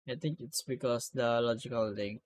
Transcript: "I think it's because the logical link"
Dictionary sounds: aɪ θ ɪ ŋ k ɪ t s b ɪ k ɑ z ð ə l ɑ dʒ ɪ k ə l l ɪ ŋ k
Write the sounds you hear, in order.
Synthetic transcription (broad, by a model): aɪ t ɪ ŋ k ɪ t s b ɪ k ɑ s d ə l ɑ dʒ ɪ k ə l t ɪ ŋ